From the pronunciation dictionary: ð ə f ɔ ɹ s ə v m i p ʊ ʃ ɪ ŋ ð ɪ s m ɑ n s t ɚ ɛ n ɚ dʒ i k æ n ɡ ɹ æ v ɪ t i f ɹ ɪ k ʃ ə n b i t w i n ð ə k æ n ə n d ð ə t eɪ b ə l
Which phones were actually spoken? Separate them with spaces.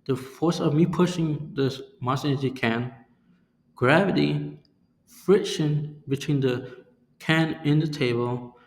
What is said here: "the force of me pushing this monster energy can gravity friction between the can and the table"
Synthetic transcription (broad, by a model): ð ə f ɔ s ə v m i p ʊ ʃ ɪ ŋ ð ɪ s m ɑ s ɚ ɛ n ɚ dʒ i k æ n ɡ ɹ æ v ɪ t i f ɹ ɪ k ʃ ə n b i t w i n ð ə k æ n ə n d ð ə t eɪ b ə l